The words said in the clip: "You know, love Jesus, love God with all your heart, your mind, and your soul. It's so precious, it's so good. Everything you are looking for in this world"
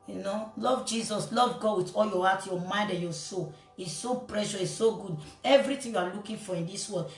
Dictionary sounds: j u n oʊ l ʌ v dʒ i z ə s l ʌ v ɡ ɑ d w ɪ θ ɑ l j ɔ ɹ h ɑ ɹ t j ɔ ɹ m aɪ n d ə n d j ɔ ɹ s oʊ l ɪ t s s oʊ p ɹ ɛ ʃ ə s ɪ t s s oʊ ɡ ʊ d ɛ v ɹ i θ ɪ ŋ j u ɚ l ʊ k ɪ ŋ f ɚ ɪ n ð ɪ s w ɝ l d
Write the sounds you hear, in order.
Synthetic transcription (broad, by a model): j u n oʊ l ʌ v dʒ i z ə s l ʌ v ɡ ɑ d w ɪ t ɑ l j ɔ h ɑ t j ɔ m aɪ n d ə n j ɔ s oʊ l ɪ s s oʊ p ɹ ɛ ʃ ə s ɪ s s oʊ ɡ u d ɛ v ɹ i t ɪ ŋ j u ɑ l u k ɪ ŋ f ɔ ɪ n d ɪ s w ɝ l d